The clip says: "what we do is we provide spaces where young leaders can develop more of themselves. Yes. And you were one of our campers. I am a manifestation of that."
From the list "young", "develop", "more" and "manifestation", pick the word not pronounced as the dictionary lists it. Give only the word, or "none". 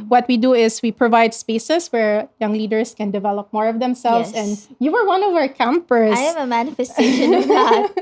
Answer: manifestation